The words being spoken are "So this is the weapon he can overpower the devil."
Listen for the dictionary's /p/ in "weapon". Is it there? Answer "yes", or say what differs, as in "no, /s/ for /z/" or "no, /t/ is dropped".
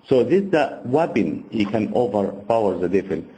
no, /b/ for /p/